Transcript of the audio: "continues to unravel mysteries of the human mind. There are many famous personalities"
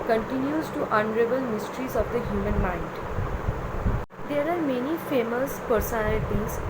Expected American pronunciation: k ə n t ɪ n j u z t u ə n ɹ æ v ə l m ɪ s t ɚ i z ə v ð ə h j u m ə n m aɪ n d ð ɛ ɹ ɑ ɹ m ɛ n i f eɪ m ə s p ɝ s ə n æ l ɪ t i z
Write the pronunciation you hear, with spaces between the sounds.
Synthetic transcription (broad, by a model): k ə n t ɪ n j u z t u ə n ɹ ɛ b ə l m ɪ s t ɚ i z ə v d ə h j u m ə n m aɪ n d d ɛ ɹ ɑ ɹ m ɛ n i f eɪ m ə s p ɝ s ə n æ l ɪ t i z